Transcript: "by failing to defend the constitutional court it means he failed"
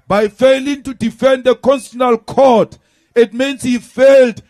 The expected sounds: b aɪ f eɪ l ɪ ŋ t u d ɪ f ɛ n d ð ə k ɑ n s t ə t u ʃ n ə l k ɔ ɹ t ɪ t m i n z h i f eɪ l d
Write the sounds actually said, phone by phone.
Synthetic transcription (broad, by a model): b aɪ f eɪ l ɪ ŋ t u d ɪ f ɛ n d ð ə k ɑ n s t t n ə l k ɔ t ɪ t m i n s h i f eɪ l d